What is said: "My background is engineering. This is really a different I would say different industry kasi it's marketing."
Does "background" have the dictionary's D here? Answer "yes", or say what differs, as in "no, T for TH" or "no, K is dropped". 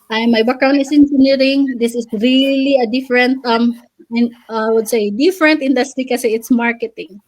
no, D is dropped